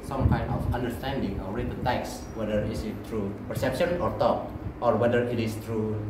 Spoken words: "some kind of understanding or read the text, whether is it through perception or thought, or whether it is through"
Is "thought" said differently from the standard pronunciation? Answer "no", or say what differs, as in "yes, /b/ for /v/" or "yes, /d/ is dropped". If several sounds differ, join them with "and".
yes, /t/ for /θ/